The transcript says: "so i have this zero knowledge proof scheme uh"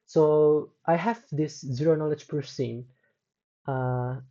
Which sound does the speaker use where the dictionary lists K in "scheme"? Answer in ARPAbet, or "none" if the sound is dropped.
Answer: none